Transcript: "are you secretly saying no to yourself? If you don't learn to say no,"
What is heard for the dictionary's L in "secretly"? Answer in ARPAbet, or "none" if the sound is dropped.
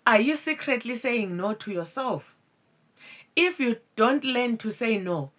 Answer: L